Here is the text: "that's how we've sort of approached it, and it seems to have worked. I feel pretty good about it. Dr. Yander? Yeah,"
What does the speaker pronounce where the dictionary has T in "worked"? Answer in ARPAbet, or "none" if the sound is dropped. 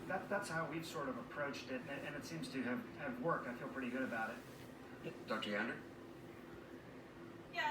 T